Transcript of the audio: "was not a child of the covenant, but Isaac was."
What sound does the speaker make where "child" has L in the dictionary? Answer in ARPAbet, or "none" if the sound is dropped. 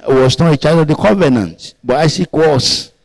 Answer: none